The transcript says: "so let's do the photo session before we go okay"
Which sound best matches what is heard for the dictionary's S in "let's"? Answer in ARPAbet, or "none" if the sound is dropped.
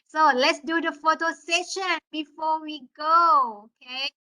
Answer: S